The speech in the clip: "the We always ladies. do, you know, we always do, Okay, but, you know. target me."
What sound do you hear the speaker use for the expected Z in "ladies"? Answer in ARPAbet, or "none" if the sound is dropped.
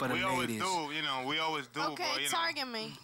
none